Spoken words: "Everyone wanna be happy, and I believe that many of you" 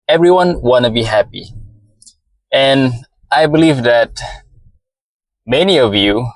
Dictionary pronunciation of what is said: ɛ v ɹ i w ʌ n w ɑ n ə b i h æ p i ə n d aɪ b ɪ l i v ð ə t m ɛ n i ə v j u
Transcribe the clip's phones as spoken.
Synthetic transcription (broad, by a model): ɛ v ɹ i w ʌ n w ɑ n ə b i h æ p i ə n aɪ b ɪ l i v ð ə t m ɛ n i ə v j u